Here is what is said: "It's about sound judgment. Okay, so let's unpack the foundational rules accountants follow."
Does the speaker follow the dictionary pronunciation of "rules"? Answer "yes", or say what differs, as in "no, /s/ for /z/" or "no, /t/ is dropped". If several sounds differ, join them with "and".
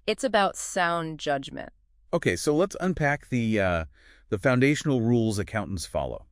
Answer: yes